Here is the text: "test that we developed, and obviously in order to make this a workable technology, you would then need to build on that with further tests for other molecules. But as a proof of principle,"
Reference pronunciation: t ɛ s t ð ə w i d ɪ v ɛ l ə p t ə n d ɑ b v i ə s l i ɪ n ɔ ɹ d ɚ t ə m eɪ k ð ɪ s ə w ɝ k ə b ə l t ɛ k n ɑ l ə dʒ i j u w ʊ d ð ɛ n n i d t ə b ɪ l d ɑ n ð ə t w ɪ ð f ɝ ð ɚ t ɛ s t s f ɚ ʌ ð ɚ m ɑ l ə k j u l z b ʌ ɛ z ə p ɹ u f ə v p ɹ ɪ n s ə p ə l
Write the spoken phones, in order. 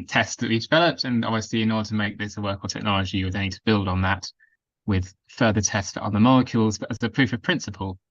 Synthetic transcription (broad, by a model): t ɛ s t ð ə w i d ɪ v ɛ l ə p t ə n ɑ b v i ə s l i ɪ n ɔ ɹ d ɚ t ə m eɪ k ð ɪ s ə w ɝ k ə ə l t ɛ k n ɑ l ə dʒ i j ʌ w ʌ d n n i d t ə b ɪ l d n ð ə t w ɪ ð f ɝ ð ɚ t ɛ s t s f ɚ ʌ ð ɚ m ɑ l ə k j u l z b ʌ z ə p ɹ u f ə v p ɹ ɪ n s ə p ə l